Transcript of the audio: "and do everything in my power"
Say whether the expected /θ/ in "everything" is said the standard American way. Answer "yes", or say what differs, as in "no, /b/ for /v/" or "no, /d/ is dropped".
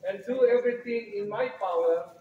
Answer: no, /t/ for /θ/